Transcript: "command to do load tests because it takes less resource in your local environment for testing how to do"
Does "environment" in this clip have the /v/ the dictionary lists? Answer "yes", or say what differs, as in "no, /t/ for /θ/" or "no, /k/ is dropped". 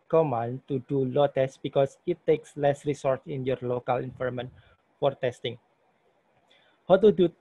no, /f/ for /v/